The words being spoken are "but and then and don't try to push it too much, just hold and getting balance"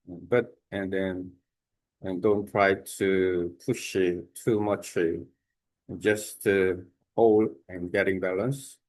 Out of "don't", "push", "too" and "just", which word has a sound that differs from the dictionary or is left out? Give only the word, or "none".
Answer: none